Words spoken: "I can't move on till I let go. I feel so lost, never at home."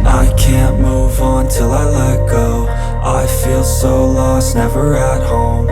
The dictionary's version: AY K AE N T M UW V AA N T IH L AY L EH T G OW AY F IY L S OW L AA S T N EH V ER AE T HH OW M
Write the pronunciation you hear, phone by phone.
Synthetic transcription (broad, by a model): AY K AE N M UW V N T IH L AY L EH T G OW AY F IY L S OW L AA S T N EH V ER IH T HH OW M